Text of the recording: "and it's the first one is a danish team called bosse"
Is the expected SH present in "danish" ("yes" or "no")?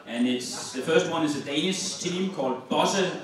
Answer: no